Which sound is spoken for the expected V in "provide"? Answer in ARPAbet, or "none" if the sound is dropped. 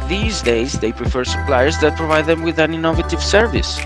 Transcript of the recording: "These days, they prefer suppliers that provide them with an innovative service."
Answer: V